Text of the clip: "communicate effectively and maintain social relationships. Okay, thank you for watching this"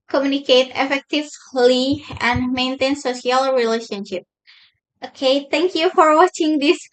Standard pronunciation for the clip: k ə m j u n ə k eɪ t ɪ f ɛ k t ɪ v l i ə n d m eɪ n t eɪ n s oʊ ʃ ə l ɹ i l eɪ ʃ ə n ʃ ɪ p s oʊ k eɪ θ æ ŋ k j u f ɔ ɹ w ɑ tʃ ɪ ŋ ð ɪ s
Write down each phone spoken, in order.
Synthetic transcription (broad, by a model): k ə m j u n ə k eɪ t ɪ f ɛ k t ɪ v l i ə n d m eɪ n t eɪ n s oʊ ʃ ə l ɹ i l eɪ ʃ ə n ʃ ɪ p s oʊ k eɪ t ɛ ŋ k j u f ɔ ɹ w ɑ tʃ ɪ ŋ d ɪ s